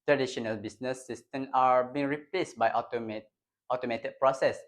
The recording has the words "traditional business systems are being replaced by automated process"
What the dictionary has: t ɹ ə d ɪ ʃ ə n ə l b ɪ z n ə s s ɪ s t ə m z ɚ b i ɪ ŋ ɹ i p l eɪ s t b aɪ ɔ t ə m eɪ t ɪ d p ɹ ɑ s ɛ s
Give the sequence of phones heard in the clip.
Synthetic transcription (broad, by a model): t ɹ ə d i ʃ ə n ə l b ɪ s n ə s s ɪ s t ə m ɑ b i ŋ ɹ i p l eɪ s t b aɪ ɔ t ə m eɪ t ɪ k p ɹ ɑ s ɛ s